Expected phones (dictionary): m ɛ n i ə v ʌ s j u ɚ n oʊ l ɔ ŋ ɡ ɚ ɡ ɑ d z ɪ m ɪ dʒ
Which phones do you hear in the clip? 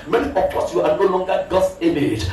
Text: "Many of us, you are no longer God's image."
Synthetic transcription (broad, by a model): m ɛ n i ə p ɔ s j u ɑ n oʊ l ɔ ŋ ɡ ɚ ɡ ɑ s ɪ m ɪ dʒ